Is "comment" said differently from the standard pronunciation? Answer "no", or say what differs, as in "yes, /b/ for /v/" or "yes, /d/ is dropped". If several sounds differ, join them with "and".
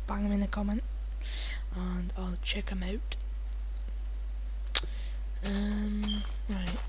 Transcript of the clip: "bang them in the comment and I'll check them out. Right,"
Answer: no